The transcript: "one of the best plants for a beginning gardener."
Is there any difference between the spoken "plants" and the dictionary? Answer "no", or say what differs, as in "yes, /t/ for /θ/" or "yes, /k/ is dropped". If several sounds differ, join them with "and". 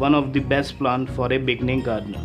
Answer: yes, /s/ is dropped